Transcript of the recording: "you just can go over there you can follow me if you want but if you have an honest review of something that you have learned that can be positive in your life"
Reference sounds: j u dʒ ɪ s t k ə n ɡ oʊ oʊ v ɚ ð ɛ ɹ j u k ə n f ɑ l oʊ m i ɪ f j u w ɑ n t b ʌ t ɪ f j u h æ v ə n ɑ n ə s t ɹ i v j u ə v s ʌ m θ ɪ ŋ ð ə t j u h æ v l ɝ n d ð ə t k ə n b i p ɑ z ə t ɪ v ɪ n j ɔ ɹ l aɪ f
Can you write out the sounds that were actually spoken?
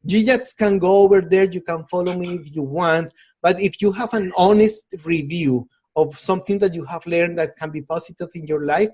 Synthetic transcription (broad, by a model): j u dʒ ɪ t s k ə n ɡ oʊ oʊ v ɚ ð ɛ ɹ j u k ə n f ɑ l oʊ m i ɪ f j u w ɑ n t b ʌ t ɪ f j u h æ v ə n ɑ n ə s t ɹ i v j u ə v s ʌ m θ ɪ ŋ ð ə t j u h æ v l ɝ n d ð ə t k ə n b i p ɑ s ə t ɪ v ɪ n j ɔ ɹ l aɪ f